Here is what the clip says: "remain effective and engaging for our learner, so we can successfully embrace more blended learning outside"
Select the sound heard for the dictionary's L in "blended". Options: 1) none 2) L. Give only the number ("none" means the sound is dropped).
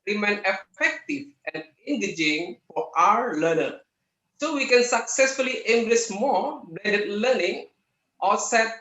1